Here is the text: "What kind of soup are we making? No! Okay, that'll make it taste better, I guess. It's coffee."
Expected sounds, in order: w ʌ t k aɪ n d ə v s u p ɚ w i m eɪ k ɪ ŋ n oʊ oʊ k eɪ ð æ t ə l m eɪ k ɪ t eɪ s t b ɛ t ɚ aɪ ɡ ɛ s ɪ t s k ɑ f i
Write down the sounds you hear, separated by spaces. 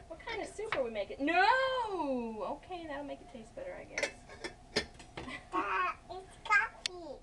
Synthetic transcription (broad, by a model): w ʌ t k aɪ n d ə s u p ɚ w i m eɪ k ɪ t n oʊ oʊ k eɪ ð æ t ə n m eɪ k ɪ t eɪ s t b ɛ t ɚ aɪ ɡ ɛ s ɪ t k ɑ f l